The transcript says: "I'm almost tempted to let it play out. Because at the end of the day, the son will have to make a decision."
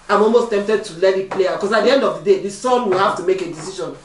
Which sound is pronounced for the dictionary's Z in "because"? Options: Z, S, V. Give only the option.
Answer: S